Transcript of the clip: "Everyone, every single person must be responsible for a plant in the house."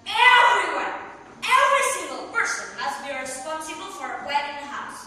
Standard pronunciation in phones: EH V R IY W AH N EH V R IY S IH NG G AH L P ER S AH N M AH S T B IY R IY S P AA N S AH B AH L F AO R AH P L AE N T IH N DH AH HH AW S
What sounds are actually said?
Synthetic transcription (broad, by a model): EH V R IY W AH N EH V R IY S IH NG G AH L P ER S AH N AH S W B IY R IY S P AA N S AH B AH L F AO R AH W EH T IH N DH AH HH AW S